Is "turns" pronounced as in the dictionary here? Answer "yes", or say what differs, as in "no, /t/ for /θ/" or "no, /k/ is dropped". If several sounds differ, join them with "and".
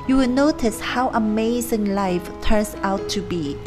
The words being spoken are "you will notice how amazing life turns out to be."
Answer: no, /s/ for /z/